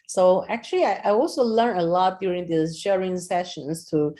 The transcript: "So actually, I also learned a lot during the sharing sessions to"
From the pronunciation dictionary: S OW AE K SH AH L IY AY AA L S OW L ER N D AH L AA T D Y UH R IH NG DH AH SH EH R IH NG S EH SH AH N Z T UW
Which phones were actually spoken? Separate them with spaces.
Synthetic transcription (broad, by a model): S OW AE K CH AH L IY AY AA L S OW L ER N AH L AA T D Y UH R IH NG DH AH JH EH R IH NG S EH SH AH N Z T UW